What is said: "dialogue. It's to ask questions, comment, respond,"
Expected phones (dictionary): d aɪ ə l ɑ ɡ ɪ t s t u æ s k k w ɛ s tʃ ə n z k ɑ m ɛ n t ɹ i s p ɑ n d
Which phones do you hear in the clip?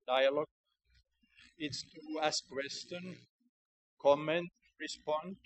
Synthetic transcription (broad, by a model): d aɪ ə l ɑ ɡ ɪ t s t u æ s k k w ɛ s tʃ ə n k ɑ m ɛ n t ɹ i s p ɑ n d